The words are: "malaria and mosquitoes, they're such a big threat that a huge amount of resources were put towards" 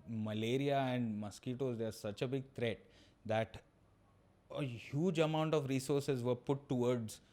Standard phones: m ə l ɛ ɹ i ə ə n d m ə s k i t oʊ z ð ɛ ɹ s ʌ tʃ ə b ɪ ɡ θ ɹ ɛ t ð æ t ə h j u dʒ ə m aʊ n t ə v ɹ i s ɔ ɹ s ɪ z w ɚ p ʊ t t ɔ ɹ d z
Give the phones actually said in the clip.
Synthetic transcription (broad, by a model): m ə l ɛ ɹ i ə ə n d m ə s k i t oʊ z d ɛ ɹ s ʌ tʃ ə b ɪ ɡ t ɹ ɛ t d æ t ə h j u dʒ ə m aʊ n t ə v ɹ i s ɔ ɹ s ɪ z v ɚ p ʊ t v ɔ ɹ d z